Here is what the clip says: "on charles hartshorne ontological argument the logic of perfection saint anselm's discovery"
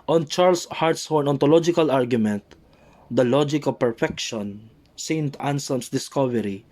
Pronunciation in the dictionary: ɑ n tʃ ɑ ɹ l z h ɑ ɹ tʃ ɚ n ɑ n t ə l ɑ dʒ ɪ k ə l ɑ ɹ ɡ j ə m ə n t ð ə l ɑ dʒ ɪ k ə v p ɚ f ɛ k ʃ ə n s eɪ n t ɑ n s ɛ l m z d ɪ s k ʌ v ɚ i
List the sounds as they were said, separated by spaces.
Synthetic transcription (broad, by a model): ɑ n tʃ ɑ ɹ l s h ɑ ɹ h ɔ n ɑ n t ə l ɑ dʒ ɪ k ə l ɑ ɹ ɡ j ə m ə n t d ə l ɑ dʒ ɪ k ə v p ɚ f ɛ k ʃ ə n s eɪ n t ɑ n s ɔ m s d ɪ s k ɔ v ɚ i